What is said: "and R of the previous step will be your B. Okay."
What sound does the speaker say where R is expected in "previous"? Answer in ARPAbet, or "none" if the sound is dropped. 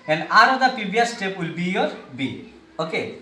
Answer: none